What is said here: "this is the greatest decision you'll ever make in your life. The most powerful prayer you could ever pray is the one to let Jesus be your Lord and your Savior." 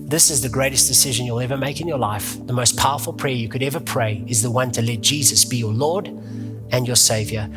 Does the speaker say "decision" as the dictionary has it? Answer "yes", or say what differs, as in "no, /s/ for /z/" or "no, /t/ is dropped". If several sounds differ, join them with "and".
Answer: yes